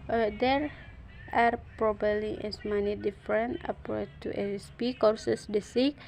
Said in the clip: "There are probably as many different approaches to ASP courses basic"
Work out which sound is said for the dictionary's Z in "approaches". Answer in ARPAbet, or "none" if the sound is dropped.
none